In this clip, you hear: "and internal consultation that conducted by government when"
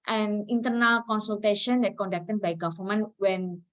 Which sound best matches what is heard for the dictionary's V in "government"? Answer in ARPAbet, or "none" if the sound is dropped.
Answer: F